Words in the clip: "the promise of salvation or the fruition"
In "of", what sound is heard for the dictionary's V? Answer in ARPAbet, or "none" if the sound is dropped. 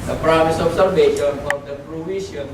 P